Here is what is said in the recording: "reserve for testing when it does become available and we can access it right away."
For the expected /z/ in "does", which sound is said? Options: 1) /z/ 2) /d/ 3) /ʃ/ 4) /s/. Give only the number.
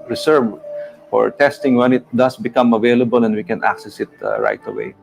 4